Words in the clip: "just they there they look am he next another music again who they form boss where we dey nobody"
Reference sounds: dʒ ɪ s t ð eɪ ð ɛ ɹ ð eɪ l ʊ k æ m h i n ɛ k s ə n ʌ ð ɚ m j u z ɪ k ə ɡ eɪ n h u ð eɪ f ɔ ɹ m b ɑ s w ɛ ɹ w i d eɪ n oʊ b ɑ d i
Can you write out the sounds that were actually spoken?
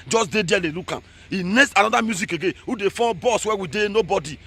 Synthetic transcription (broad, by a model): dʒ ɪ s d eɪ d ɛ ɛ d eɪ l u k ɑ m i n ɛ s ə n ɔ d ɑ m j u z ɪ k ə ɡ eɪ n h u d eɪ f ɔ b ɑ s w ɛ w i d eɪ n oʊ b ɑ d i